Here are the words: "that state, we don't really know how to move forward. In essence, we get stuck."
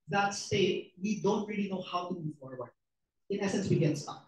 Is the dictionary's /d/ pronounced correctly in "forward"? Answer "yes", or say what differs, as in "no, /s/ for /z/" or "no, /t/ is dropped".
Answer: no, /d/ is dropped